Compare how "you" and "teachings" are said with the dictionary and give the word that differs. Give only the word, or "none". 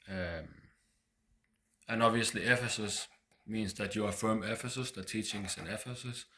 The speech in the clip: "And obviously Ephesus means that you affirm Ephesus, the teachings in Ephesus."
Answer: teachings